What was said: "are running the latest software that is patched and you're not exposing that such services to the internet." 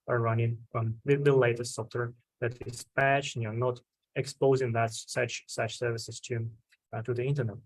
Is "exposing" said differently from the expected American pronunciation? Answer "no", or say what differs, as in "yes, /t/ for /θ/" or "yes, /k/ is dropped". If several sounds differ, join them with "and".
no